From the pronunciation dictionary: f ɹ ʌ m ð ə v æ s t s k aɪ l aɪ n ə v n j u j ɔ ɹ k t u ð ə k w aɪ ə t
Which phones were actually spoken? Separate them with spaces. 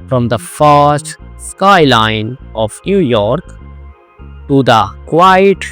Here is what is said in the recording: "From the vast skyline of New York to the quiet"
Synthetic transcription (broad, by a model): f ɹ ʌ m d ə f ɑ s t s k aɪ l aɪ n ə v n j u j ɔ ɹ k t u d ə k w aɪ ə t